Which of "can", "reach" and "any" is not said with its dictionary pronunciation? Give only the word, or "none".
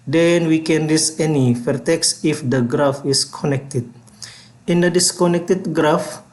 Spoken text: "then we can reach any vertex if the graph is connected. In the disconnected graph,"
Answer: reach